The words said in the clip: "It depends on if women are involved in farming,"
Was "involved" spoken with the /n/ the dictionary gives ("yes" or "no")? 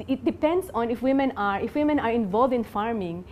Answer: yes